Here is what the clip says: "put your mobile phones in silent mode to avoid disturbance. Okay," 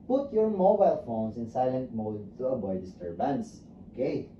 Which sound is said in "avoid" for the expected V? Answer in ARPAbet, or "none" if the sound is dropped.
B